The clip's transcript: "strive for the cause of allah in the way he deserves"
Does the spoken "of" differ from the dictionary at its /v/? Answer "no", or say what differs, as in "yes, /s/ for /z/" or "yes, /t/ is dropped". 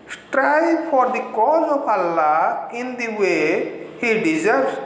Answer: yes, /p/ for /v/